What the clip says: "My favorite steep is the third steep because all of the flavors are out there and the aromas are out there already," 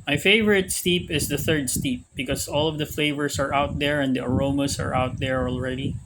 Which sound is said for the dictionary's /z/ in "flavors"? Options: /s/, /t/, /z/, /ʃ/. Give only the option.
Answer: /s/